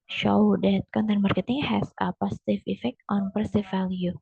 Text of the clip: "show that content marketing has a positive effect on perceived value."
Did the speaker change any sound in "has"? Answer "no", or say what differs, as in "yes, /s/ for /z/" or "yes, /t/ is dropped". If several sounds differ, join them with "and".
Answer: yes, /s/ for /z/